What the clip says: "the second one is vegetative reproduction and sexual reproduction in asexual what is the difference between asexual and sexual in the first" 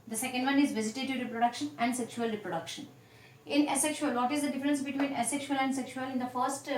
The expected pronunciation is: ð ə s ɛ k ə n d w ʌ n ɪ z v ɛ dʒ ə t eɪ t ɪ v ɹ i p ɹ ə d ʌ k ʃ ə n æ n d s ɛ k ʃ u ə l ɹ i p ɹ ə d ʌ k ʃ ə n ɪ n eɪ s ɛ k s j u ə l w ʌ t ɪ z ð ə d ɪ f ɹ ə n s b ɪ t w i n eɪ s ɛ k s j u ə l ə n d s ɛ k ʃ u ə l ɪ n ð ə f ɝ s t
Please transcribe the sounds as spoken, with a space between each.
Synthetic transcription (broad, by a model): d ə s ɛ k ə n d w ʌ n ɪ z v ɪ z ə t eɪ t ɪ ɹ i p ɹ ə d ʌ k ʃ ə n æ n d s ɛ k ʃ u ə l ɹ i p ɹ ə d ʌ k ʃ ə n ɪ n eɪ s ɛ k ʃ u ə l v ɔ t ɪ z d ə d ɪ f ɹ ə n s b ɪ t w i n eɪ s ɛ k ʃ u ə l ə n d s ɛ k ʃ u ə l ɪ n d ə f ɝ s t